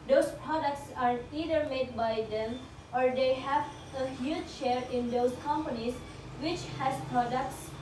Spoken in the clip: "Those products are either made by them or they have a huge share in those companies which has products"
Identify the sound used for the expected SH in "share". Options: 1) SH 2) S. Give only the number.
1